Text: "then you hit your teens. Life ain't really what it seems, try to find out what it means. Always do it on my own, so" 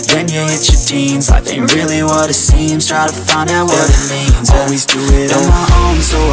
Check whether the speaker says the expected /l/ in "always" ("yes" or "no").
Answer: yes